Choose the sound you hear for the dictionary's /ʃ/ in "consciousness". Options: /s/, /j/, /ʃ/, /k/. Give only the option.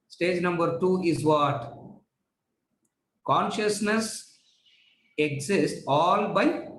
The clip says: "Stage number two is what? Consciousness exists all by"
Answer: /ʃ/